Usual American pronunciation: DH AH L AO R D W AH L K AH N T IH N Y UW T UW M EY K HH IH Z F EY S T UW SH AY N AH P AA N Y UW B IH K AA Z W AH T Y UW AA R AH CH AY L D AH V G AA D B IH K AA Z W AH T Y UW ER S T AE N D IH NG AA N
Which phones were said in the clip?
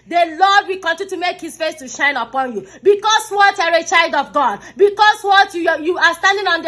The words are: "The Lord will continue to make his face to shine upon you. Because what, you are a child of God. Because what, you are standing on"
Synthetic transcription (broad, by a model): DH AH L AO D W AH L K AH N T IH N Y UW T UW M EY K HH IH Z F EY S T UW SH AY N AH P AA N Y UW B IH K AA S W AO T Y AA R AH CH AY L D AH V G AA D B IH K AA S W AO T Y UW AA S T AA N D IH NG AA N